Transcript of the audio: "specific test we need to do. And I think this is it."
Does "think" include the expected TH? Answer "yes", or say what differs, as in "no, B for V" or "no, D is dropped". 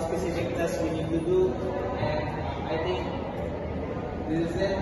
no, T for TH